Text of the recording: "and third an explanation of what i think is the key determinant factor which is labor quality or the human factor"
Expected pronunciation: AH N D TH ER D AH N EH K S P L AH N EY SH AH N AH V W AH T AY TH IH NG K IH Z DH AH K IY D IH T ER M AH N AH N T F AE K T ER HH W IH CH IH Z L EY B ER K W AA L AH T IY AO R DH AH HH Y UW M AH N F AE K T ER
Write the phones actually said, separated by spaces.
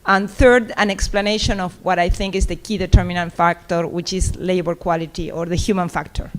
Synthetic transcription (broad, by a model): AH N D TH ER D AH N EH K S P L AH N EY SH AH N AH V W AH T AY TH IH NG K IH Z DH AH K IY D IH T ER M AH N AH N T F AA K T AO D W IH CH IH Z L EY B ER K W AA L AH T IY AO R DH AH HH Y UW M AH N F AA K T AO